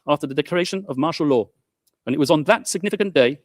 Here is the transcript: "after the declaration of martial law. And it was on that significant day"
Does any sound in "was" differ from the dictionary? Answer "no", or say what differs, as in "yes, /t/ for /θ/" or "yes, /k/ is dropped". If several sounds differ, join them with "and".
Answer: no